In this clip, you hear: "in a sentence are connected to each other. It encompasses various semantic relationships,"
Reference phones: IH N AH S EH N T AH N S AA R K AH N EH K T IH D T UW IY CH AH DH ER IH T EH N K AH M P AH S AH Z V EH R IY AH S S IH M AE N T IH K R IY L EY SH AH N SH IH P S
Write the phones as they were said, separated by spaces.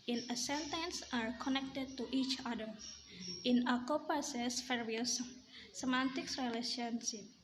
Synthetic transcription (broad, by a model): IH N AH S EH N T AH N S AA R K AH N EH K T IH D T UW IY CH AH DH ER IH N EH K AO P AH S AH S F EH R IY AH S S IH M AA N T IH K R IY L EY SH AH N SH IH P